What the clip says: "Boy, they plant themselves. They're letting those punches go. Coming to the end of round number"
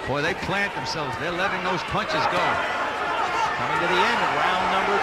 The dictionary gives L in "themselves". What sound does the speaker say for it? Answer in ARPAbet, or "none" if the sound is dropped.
L